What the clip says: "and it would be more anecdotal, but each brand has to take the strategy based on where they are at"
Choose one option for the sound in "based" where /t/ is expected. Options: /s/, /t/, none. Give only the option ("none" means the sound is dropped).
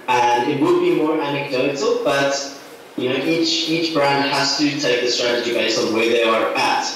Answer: none